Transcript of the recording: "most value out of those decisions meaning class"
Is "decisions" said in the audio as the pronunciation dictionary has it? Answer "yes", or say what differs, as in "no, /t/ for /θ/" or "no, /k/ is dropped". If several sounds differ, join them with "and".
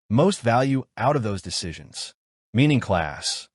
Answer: yes